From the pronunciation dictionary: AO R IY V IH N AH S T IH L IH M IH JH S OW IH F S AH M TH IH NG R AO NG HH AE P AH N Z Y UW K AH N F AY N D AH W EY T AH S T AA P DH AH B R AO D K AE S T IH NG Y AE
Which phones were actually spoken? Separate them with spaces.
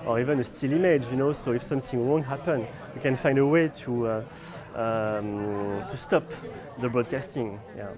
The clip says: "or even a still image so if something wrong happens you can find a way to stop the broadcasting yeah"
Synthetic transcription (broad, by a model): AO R IY V IH N AH S T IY L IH M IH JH S OW IH F S AH M TH IH NG W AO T HH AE P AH N Y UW K AH N F AY N D AH W EY T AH S T AA P DH AH B R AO D K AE S T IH NG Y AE